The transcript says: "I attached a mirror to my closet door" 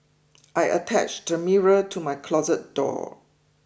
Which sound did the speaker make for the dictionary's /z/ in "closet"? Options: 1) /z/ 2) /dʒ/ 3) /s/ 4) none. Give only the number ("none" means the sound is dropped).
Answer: 1